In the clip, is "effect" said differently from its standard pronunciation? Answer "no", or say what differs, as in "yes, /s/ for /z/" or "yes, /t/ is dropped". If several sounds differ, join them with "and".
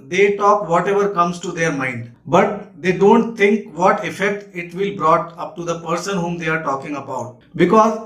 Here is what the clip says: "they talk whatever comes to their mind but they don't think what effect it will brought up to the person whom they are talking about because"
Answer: no